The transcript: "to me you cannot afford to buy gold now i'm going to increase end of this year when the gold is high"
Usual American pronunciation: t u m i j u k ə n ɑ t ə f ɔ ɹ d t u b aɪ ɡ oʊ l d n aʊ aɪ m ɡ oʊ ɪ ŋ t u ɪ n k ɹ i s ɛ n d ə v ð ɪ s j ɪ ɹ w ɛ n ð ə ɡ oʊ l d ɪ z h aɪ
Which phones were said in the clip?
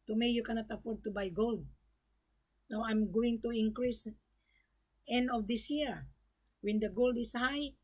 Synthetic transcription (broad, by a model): t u m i j u k ə n ɑ t ə f ɔ ɹ d t u b aɪ ɡ oʊ l d n aʊ aɪ m ɡ oʊ ɪ ŋ t u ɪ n k ɹ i s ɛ n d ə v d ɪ s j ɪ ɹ w ɛ n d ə ɡ oʊ l d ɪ s h aɪ